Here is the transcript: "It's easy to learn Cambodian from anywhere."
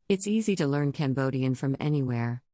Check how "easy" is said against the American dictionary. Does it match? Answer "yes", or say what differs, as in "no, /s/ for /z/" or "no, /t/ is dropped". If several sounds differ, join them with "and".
yes